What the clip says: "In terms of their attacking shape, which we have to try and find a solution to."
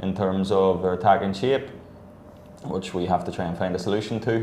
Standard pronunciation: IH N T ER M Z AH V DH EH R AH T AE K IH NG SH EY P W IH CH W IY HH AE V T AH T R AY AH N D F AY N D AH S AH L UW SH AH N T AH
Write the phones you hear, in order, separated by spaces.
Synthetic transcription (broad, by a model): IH N T ER M Z AH V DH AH R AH T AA K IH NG SH EY P W IH CH W IY HH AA F T AH T R AY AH N F AY N D AH S AH L UW SH AH N T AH